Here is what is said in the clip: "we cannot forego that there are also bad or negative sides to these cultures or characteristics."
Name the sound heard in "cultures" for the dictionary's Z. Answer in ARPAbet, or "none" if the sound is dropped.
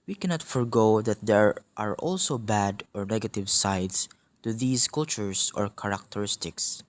S